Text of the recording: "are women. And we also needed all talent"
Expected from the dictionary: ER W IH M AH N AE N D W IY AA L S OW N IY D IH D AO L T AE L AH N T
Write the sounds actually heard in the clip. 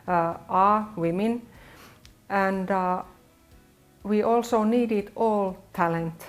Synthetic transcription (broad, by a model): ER W IH M AH N AE N D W IY AA L S OW N IY D IH D AO L T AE L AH N T